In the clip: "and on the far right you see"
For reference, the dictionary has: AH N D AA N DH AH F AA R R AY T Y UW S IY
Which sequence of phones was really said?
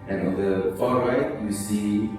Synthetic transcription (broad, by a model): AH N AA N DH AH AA L R AY T Y UW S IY